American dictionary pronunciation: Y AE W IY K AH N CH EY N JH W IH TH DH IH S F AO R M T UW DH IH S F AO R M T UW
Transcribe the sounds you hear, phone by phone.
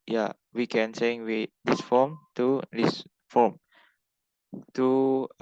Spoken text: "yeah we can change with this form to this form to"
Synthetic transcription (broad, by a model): Y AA W IY K AH N S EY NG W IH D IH S F AO M T UW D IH S F AO M T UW